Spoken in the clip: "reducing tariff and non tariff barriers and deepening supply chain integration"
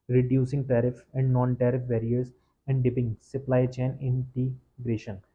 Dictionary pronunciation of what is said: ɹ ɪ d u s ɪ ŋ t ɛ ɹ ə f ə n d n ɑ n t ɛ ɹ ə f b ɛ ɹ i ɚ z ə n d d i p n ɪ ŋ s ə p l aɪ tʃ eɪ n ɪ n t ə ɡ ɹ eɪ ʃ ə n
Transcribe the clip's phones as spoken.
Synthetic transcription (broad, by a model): ɹ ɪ d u s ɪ ŋ t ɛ ɹ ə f ə n d n ɑ n t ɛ ɹ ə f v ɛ ɹ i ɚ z ə n d d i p ɪ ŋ s ə p l aɪ tʃ eɪ n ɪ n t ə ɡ ɹ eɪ ʃ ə n